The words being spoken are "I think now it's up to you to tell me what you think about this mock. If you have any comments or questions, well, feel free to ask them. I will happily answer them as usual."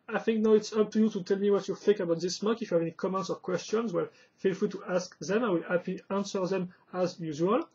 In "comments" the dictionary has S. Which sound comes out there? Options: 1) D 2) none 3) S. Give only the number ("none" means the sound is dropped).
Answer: 3